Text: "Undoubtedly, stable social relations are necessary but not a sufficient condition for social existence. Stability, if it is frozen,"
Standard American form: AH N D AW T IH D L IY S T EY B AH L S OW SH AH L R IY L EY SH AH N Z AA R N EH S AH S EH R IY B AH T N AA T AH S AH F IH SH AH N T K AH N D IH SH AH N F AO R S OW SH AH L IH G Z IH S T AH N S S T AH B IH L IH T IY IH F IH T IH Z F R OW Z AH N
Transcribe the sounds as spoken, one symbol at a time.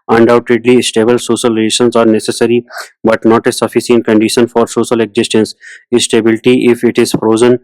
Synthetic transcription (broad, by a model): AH N D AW T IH D L IY S T EY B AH L S OW SH AH L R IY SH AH N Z AA R N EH S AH S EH R IY B AH T N AA T AH S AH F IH S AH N K AH N D IH SH AH N F AO R S OW SH AH L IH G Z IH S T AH N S S T AH B IH L IH T IY IH F IH T IH Z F R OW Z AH N